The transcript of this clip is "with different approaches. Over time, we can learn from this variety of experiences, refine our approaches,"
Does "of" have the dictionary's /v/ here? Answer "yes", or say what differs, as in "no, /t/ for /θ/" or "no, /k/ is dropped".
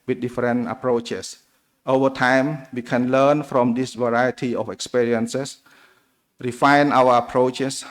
no, /f/ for /v/